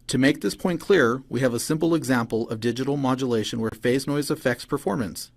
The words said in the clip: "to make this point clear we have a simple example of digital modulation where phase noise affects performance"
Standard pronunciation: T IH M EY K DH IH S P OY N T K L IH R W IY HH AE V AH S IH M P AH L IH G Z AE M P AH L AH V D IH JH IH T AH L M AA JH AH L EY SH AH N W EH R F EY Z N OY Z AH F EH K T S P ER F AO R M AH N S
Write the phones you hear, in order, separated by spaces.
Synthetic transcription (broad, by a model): T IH M EY K DH IH S P OY N K L IH R W IY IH V AH S IH M P L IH G Z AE M P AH L AH V D IH JH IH T L M AA JH AH L EY SH AH N W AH R F EY Z N OY Z AH F EH K T S P ER F AO R M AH N S